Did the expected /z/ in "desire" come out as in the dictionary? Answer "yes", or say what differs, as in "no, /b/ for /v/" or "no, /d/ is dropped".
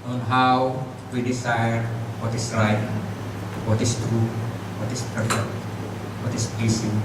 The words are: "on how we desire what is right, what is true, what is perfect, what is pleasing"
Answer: no, /s/ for /z/